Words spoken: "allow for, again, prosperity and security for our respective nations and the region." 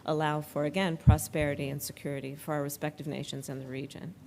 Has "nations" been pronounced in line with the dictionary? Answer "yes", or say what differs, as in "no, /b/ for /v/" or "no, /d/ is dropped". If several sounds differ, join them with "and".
yes